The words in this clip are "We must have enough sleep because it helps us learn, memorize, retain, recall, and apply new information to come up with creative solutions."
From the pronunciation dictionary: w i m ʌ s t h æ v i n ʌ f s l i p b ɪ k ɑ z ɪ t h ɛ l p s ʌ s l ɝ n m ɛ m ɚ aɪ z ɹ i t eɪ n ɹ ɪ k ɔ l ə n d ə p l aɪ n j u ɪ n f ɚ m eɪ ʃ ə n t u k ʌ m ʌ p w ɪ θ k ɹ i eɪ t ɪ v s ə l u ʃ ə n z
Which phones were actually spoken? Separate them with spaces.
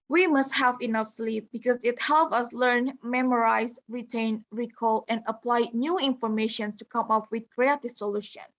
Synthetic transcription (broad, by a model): w i m ʌ s t h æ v i n ʌ f s l i p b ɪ k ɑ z ɪ t h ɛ l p ʌ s l ɝ n m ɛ m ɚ aɪ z ɹ i t eɪ n ɹ ɪ k ɔ l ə n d ə p l aɪ n j u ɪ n f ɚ m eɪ ʃ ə n t u k ʌ m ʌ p w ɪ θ k ɹ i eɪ t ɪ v s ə l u ʃ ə n